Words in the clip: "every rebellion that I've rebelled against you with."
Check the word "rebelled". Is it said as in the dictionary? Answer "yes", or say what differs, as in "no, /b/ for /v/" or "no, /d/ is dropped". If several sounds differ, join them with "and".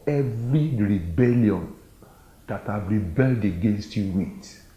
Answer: yes